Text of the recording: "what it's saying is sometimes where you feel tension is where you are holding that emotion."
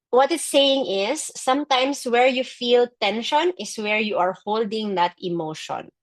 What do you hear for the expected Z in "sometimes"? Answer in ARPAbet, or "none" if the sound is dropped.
S